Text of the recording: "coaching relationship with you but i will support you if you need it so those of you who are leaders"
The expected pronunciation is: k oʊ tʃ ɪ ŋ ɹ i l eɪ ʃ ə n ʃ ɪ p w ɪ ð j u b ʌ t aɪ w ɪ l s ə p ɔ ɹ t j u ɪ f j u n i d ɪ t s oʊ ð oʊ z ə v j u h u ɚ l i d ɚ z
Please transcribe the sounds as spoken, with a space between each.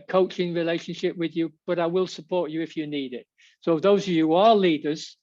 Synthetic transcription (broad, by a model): k oʊ tʃ ɪ ŋ ɹ i l eɪ ʃ ə n ʃ ɪ p w ɪ ð j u b ʌ t aɪ w ɪ l s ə p ɔ ɹ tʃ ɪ ɪ f j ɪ n i d ɪ t s oʊ ð oʊ z ə v j u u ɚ l i d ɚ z